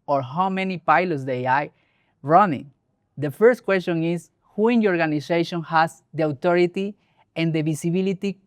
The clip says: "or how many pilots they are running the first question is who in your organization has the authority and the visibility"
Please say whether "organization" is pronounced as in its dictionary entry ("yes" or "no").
no